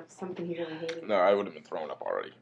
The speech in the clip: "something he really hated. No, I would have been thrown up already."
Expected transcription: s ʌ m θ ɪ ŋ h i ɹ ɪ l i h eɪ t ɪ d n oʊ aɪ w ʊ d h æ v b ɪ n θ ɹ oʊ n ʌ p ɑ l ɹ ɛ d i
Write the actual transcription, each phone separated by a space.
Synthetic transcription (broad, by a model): s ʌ m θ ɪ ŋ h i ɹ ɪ n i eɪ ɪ n oʊ aɪ w ʊ d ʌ v b ɪ n θ ɹ oʊ n ʌ p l ɹ ɛ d i